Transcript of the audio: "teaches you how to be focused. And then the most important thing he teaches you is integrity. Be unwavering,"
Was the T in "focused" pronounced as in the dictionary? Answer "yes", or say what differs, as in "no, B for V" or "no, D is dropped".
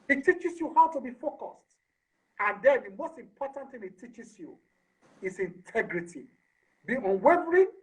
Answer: yes